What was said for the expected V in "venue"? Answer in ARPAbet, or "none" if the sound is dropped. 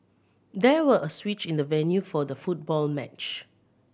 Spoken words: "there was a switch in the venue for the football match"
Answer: V